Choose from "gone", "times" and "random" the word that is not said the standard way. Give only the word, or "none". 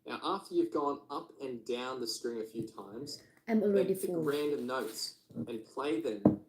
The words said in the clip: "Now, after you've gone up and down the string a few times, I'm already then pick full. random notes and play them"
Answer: none